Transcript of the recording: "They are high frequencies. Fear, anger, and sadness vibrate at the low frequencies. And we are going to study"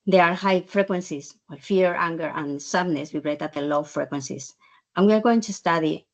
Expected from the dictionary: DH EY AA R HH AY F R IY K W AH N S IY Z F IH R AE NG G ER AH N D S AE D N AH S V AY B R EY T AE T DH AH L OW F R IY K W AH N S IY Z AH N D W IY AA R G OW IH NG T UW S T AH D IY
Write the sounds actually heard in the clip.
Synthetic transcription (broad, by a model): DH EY AA R HH AY F R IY K W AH N S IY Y F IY R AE NG G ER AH N S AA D N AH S W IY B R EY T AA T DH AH L OW F R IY K W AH N S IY S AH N W IY AA R G OW IH NG T UW S T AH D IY